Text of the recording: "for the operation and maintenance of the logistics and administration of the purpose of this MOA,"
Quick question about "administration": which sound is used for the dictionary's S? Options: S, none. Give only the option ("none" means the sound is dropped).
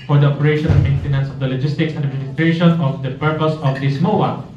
none